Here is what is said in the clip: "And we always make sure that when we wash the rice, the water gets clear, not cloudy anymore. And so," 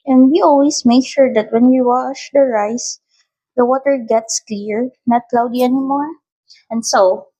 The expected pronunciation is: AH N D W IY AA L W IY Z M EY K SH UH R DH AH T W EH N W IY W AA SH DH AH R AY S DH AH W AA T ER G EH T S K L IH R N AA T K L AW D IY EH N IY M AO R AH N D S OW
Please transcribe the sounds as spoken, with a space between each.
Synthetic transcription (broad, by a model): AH N D W IY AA L W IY S M EY K SH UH R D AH T W EH N W IY W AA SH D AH R AY S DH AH W AA T ER G EH T S K L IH R N AA T K L AW D IY EH N IY M AO R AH N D S OW